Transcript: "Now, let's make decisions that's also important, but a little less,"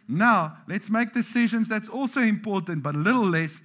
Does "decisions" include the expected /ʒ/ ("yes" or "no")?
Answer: yes